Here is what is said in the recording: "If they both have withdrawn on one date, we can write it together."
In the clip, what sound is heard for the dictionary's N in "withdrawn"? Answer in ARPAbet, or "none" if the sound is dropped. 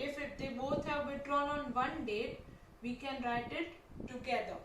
L